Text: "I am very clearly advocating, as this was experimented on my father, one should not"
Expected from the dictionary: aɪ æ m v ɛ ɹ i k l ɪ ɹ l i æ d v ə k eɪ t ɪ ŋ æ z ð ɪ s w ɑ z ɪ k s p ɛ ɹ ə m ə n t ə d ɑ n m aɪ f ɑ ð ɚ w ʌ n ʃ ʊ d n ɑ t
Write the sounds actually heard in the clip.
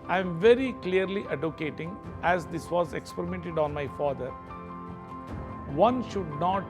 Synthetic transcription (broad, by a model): aɪ m v ɛ ɹ i k l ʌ ɹ l i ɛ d ə k eɪ t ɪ ŋ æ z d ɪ s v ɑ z ɪ k s p ɛ ɹ ə m ə n t ə d ɑ n m aɪ f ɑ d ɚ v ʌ n ʃ ʊ d n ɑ t